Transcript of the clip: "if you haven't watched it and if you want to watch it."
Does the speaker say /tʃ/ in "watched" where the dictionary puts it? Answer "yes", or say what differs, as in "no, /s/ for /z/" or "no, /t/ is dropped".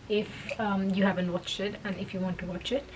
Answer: yes